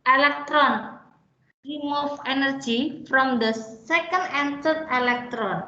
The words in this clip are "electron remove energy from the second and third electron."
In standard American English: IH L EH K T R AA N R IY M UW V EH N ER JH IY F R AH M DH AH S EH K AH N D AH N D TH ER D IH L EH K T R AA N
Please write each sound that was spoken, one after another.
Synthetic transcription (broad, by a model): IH L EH K T R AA N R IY M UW F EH N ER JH IY F R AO M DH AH S EH K AH N D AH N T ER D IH L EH K T R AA N